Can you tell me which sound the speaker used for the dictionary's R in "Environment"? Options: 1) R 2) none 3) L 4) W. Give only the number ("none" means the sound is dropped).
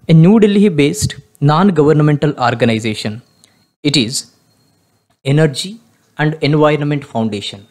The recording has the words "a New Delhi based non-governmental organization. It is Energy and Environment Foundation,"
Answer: 1